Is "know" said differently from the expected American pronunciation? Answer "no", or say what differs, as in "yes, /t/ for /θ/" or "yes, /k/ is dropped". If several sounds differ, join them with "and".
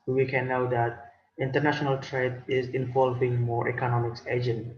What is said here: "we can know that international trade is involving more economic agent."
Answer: no